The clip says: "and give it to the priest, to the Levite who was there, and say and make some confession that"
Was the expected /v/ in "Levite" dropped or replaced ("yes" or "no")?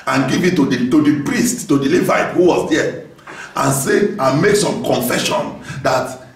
no